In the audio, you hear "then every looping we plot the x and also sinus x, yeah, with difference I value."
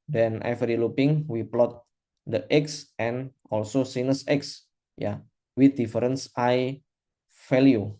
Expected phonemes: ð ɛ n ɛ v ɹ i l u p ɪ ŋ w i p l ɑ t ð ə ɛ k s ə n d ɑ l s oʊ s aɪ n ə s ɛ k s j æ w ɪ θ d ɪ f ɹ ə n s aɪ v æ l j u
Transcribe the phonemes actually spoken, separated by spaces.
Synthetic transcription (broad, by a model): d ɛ n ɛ f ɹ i l u p ɪ ŋ w i p l ɑ t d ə ɛ k s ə n ɑ l s oʊ s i n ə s ɛ k s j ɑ w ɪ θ d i f ɹ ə n s aɪ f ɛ l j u